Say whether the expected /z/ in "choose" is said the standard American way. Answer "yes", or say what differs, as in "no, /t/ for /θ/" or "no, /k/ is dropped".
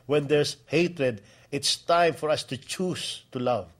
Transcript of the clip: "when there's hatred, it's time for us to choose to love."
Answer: no, /s/ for /z/